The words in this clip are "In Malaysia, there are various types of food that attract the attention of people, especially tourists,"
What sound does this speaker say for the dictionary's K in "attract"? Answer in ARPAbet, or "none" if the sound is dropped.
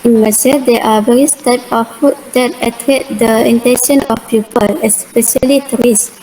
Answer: none